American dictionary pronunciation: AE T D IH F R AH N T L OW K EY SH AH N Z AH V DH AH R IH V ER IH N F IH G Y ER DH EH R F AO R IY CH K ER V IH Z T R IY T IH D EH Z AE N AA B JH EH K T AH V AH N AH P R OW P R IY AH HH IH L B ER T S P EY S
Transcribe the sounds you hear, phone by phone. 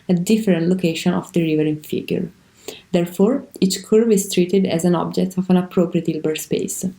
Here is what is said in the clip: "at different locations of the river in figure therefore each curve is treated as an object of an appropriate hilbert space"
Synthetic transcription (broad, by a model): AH D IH F R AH N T L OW K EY SH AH N AH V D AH R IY V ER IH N F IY G Y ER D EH R F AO R IY CH K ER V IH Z T R IY T IH D EH Z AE N AA B JH EH K T AH V AH N AH P R OW P R IY AH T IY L B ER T S P EY S